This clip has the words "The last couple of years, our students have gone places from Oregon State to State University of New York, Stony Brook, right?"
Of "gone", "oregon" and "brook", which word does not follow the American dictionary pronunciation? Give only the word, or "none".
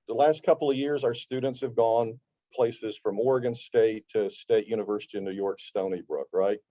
none